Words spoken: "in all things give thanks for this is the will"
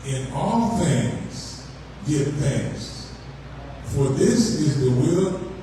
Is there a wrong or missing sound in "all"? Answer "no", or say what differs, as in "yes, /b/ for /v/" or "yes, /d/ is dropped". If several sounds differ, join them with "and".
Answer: no